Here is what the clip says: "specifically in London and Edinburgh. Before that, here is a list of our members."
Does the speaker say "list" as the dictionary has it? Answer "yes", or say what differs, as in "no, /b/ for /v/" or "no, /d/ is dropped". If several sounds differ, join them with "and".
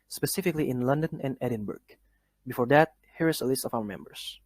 yes